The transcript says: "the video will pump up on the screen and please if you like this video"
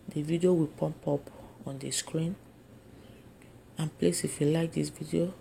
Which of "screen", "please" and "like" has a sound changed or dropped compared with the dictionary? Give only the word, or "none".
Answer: please